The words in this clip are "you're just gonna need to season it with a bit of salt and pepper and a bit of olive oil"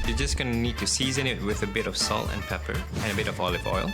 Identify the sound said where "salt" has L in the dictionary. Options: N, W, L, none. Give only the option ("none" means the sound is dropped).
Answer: L